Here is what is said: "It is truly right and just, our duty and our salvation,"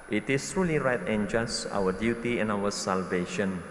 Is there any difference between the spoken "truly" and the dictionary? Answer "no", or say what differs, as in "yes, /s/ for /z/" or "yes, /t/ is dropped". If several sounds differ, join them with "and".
no